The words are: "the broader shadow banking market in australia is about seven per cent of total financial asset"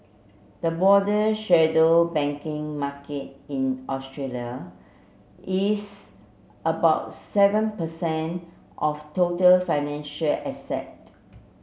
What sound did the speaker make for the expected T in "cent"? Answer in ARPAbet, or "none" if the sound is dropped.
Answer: T